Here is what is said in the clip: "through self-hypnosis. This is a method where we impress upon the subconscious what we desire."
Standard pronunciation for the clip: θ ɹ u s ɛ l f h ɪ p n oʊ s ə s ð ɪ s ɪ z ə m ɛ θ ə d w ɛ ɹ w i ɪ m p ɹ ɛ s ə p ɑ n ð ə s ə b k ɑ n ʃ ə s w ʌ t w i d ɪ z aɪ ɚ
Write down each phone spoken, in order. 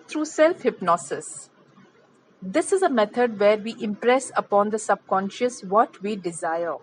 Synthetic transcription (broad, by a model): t ɹ u s ɛ l f h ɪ p n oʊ s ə s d ɪ s ɪ z ə m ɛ t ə d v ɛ ɹ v i ɪ m p ɹ ɛ s ə p ɑ n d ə s ə b k ɑ n ʃ ə s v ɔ t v i d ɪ z aɪ ɚ